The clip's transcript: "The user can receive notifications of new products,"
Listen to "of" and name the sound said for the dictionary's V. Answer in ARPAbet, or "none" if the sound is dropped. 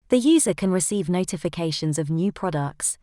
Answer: V